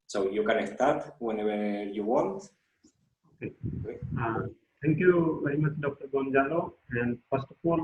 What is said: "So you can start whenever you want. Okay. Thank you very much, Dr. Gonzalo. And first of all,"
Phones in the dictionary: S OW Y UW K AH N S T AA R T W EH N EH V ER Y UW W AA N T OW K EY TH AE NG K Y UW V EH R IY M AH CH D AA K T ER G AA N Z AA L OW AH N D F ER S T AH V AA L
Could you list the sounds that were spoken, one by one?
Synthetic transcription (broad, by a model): S OW Y UW K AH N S T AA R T W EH N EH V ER Y UW W AA N T OW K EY T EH NG K Y UW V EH R IY M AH CH D AA K T ER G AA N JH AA L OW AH N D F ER S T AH F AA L